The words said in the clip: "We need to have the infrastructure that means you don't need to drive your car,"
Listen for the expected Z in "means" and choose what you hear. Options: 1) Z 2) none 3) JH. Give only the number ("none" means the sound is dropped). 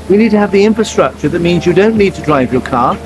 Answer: 1